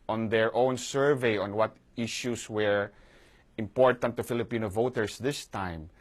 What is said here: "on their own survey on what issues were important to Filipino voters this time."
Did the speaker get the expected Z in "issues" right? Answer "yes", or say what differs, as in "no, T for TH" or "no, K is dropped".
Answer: no, S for Z